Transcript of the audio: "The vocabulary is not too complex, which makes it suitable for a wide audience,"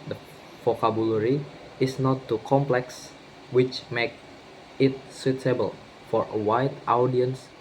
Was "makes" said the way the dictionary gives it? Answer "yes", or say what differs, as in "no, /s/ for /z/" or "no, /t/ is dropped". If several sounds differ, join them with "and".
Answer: no, /s/ is dropped